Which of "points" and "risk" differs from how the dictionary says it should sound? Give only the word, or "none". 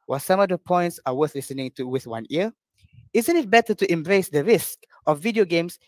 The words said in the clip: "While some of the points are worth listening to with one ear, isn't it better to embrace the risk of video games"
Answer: none